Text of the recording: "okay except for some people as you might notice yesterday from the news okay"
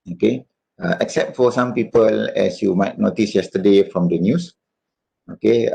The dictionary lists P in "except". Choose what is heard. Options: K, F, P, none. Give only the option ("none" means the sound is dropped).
P